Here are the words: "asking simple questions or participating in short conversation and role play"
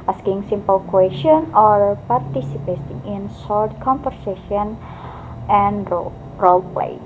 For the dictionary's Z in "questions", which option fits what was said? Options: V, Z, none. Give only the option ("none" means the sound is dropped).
none